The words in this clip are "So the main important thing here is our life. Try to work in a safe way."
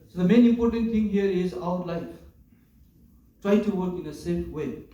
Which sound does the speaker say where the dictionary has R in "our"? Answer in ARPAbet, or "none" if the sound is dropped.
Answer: W